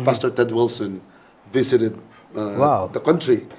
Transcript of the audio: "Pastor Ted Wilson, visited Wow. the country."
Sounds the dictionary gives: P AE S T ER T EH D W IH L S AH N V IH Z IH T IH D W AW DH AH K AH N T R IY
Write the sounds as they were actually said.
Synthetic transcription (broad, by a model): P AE S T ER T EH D W IH L S AH N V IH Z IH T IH D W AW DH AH K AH N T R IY